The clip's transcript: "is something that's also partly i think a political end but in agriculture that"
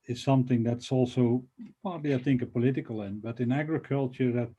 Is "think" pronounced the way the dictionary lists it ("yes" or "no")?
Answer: yes